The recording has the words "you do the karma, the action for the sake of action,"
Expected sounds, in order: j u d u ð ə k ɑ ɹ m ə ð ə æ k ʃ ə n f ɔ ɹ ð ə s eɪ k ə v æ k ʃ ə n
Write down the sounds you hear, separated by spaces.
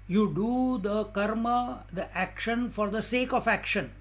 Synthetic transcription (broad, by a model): j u d u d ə k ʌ ɹ m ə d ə æ k ʃ ə n f ɔ ɹ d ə s eɪ k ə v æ k ʃ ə n